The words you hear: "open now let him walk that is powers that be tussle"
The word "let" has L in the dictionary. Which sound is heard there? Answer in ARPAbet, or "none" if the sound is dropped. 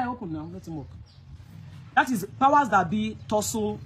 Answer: N